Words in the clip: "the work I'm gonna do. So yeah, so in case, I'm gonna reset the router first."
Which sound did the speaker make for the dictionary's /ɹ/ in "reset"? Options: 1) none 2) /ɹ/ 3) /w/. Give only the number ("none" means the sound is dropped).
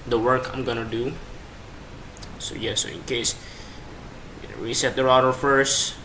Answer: 3